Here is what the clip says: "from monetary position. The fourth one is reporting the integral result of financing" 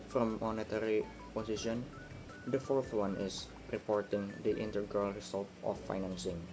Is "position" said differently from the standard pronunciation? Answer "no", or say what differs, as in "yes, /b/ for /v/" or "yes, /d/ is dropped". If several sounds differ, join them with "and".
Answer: yes, /s/ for /z/